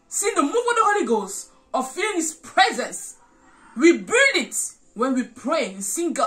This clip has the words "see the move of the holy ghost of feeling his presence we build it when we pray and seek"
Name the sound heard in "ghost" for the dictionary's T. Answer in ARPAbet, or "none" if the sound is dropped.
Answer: none